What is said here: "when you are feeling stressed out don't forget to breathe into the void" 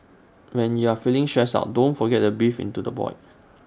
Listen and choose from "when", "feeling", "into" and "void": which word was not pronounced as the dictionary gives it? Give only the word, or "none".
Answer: void